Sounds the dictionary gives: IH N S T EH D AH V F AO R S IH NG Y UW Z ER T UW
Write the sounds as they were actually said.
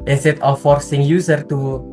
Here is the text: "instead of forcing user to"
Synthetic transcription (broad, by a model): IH N S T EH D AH F AO R S IH NG Y UW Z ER T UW